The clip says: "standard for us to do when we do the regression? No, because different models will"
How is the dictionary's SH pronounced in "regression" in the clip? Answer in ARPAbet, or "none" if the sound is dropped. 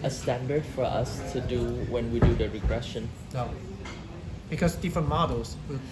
SH